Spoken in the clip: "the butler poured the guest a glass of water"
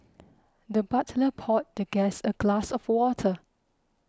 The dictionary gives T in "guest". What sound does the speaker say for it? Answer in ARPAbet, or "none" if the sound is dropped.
none